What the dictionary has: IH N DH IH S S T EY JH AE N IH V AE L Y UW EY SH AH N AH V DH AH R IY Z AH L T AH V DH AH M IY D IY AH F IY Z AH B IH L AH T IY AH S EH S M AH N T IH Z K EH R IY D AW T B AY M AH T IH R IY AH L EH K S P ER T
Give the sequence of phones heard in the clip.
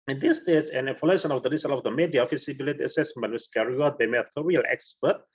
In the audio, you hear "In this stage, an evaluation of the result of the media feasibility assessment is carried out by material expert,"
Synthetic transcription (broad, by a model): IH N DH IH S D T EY Z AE N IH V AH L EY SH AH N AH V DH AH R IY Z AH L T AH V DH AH M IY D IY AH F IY S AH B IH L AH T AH S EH S M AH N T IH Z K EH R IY AW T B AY M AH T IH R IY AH L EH K S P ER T